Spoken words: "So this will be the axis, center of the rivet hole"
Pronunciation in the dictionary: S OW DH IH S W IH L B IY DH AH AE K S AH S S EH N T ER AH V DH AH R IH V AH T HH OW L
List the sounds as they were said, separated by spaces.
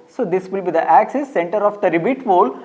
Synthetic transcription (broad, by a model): S OW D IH S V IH L B IY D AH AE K S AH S S EH N T ER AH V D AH R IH B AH T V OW L